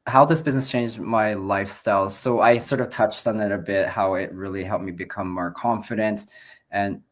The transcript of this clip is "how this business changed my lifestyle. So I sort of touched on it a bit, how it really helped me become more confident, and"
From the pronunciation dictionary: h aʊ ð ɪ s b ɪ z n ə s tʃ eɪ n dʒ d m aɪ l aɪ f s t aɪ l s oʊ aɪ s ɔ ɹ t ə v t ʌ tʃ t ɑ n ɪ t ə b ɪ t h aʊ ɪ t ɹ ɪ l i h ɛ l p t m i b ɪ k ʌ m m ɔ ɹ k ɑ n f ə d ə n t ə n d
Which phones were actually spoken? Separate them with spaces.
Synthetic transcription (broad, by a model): h aʊ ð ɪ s b ɪ z n ə s tʃ eɪ n dʒ m aɪ l aɪ f s t aɪ l s oʊ aɪ s ɔ ɹ t ə v t ʌ tʃ t n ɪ t ə b ɪ t h aʊ ɪ t ɹ ɪ l i h ɛ l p m i b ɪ k ʌ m m ɔ ɹ k ɑ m f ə d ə n t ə n